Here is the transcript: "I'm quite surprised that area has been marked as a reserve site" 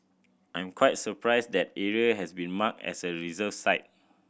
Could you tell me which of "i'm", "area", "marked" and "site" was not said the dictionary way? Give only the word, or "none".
marked